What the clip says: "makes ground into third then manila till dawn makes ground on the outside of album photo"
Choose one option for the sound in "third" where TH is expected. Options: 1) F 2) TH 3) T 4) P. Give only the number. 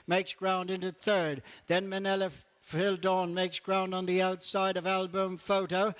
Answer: 2